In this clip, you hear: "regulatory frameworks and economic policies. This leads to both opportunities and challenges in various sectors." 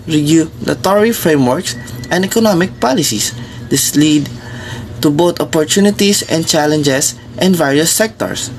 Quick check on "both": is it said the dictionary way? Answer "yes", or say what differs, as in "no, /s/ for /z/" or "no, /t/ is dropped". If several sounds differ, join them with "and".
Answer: no, /t/ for /θ/